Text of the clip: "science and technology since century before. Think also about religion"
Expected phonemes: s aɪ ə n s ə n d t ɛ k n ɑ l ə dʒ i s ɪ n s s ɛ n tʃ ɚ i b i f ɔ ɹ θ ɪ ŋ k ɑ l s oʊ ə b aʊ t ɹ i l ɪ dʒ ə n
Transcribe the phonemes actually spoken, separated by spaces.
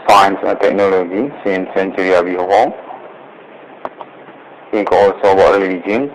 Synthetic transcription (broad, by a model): s aɪ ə n s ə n t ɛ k n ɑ l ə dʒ i s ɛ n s s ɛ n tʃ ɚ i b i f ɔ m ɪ k ɑ l s oʊ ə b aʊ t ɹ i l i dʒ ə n